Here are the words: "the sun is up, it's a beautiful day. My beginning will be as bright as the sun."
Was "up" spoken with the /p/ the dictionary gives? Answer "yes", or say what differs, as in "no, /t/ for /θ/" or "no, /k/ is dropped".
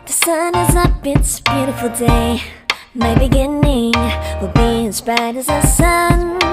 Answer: no, /b/ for /p/